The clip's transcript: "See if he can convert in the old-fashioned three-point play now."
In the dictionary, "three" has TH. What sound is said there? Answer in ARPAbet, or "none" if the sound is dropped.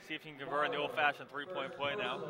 TH